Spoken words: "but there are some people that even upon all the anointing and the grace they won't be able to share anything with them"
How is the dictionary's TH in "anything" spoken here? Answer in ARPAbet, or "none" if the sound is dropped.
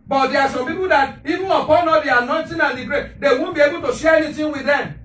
T